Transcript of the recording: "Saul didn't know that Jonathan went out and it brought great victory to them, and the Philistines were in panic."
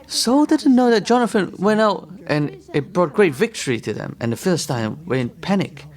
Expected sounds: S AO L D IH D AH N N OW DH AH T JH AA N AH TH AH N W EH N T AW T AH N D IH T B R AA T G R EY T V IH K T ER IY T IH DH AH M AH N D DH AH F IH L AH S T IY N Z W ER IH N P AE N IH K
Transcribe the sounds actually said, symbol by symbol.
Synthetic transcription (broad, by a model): S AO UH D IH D N N OW DH AH T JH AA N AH F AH N W EH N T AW T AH N IH T B R AA T G R EY T V IH K T ER IY T IH DH AH M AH N DH AH F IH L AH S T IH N W ER IH N P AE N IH K